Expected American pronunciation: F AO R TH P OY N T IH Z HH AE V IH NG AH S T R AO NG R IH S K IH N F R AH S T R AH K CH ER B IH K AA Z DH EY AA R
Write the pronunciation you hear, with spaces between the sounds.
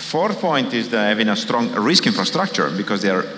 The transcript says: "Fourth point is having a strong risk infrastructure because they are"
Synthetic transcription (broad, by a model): F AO R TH P OY N T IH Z HH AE V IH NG AH S T R AO NG R IH S K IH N F R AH S T R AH K CH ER B IH K AA Z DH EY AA R